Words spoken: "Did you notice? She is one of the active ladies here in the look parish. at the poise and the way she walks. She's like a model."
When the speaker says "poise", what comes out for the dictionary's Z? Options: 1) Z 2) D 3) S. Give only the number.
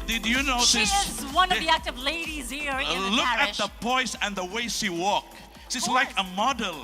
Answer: 3